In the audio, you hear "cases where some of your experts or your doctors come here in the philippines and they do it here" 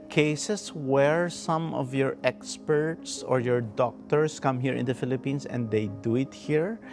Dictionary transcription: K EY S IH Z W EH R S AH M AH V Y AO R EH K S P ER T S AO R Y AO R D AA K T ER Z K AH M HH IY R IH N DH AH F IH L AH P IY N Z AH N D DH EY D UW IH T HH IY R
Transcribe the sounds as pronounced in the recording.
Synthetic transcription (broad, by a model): K EY S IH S W EH R S AH M AH V Y AO R EH K S P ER T S AO R Y AO R D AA K T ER S K AH M HH IY R IH N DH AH F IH L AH P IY N S AH N D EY D UW IH T HH IY R